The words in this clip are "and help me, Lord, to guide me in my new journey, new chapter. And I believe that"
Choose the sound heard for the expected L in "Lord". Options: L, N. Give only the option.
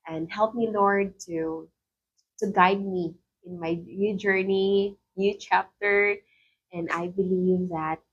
N